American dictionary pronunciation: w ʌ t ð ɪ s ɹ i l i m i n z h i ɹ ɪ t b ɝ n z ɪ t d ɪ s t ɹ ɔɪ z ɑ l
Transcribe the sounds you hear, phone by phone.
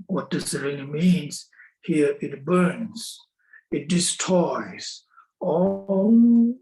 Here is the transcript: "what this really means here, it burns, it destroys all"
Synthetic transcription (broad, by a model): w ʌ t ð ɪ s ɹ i n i m i n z h i ɹ ɪ t b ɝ n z ɪ t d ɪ s t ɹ ɔɪ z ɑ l